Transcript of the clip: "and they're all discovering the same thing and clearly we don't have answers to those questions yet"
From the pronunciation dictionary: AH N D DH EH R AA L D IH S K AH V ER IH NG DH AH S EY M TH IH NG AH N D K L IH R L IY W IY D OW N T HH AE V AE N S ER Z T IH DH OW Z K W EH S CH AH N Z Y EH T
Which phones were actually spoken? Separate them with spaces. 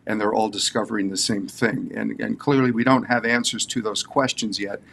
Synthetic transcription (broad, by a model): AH N DH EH R AA L D IH S K AH V ER IH NG DH AH S EY M TH IH NG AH N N K L IH R L IY W IY D OW N T HH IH V AE N S ER Z T IH DH OW Z K W EH S CH AH N Z Y EH T